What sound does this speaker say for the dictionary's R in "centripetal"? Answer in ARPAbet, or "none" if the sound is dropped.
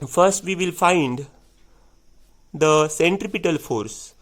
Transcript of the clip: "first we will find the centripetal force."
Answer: R